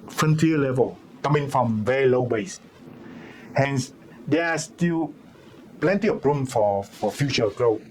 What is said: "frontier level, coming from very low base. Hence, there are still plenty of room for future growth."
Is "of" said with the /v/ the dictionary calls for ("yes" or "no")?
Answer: no